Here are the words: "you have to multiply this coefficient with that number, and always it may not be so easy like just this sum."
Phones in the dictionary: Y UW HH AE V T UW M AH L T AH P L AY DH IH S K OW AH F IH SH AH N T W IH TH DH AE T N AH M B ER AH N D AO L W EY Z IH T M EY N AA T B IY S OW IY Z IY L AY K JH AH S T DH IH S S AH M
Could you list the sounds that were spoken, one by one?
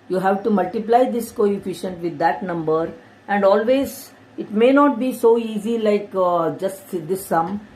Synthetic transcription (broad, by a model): Y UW HH AE V T UW M AH L T AH P L AY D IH S K OW AH F IH SH AH N T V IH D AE T N AH M B ER AH N D AO L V EY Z IH T M EY N AA T B IY S OW IY Z IY L AY K JH AH S T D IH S S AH M